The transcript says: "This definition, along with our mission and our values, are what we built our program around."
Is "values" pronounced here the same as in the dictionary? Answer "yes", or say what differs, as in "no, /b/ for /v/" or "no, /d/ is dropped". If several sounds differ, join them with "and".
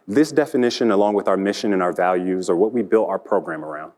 yes